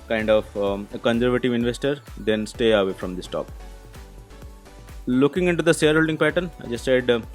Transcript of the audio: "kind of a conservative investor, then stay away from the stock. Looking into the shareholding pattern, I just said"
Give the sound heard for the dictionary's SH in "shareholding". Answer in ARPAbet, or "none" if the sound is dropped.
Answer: S